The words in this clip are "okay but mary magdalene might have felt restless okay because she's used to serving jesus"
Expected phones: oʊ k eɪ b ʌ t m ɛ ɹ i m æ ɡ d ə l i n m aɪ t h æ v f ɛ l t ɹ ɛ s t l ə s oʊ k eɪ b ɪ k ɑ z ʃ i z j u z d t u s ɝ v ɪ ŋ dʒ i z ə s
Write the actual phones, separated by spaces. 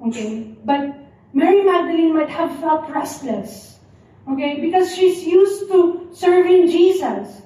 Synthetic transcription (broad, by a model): oʊ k eɪ b ʌ t m ɛ ɹ i m æ ɡ d ə l i n m aɪ t h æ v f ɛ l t ɹ ɛ s t l ə s oʊ k eɪ b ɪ k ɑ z ʃ i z j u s t u s ɝ v ɪ ŋ dʒ i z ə s